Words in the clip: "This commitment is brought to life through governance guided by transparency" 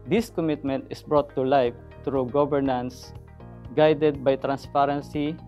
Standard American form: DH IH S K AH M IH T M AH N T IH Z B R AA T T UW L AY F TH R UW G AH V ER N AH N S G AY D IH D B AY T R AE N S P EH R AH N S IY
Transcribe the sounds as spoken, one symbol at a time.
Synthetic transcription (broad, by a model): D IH S K AH M IH T M AH N T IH S B R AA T T UW L AY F T R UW G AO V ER N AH N S G AY D IH D B AY T R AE N S P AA R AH N S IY